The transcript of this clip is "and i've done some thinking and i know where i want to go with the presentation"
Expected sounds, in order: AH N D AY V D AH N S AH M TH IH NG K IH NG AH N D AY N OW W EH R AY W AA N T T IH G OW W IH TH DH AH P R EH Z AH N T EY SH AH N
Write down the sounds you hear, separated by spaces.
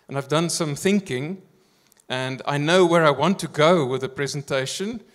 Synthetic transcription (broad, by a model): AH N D AY V D AH N S AH M TH IH NG K IH NG AH N D AY N OW W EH R AY W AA N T T IH G OW W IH DH AH P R EH Z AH N T EY SH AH N